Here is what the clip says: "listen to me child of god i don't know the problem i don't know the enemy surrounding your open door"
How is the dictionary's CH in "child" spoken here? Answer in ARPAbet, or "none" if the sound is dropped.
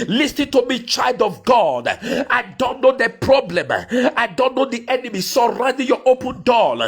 CH